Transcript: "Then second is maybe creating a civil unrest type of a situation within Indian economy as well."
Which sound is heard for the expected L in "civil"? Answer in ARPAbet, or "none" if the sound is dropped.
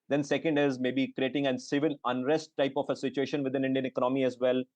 N